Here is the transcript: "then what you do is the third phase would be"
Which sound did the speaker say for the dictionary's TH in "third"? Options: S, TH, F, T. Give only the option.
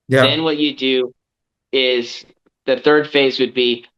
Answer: TH